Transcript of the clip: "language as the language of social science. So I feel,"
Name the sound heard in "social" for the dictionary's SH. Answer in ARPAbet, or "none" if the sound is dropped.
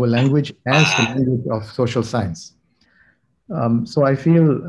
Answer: SH